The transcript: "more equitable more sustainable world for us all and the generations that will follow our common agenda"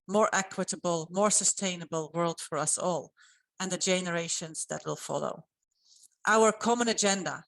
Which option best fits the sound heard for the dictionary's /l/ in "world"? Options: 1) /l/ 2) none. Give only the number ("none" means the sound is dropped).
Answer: 1